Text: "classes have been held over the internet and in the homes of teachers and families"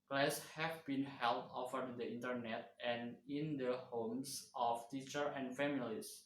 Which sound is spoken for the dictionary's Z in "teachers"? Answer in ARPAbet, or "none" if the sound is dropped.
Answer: none